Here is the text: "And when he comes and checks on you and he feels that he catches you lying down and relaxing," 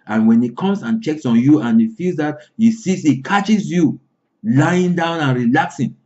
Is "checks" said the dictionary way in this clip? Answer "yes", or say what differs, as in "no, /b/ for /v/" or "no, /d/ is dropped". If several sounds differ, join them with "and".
yes